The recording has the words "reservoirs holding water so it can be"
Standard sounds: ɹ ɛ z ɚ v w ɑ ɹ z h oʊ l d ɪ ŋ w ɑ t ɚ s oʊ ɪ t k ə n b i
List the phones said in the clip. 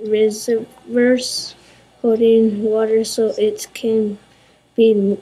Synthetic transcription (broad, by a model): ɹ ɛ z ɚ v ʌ ɹ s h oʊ d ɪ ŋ w ɑ t ɚ s oʊ ɪ t k ə n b i